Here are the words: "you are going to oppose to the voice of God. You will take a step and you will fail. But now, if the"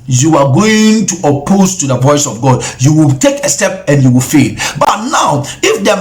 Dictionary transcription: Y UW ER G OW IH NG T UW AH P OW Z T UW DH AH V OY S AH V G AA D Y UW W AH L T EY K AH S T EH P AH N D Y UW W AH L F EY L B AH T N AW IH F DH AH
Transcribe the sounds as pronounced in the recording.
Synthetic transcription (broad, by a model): Y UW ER G OW IH NG T UW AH P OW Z T UW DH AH P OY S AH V G AA D Y UW W AH L T EY K AH S T EH P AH N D Y UW W AH L F EY L B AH T N AW IH F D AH